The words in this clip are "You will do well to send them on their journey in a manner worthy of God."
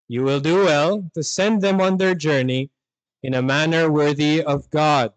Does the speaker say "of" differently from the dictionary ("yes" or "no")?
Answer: no